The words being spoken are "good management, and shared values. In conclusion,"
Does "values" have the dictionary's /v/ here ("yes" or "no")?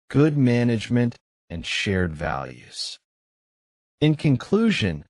yes